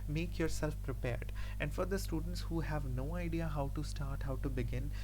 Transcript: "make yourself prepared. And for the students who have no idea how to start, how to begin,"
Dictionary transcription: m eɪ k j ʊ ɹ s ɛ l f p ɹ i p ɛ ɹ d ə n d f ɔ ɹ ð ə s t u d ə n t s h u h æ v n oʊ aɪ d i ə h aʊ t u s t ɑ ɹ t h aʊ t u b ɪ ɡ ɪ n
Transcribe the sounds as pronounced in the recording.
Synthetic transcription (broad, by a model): m eɪ k j ʊ ɹ s ɛ l f p ɹ i p ɛ ɹ d ə n d f ɔ ɹ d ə s t u d ə n t s h u h æ v n oʊ aɪ d i ə h aʊ t u s t ɑ ɹ t h aʊ t u b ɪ ɡ ɪ n